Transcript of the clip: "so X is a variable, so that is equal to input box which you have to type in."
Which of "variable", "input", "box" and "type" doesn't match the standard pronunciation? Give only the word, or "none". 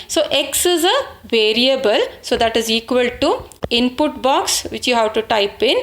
none